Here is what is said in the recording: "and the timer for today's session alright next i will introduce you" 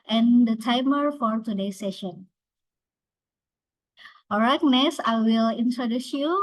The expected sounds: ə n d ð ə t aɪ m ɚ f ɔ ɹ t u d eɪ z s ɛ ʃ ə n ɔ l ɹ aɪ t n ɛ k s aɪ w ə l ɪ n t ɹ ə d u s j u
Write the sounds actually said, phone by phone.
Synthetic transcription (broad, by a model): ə n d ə t aɪ m ɚ f ɔ ɹ t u d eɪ s ɛ ʃ ə n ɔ ɹ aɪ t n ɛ s aɪ w ə l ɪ n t ɹ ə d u s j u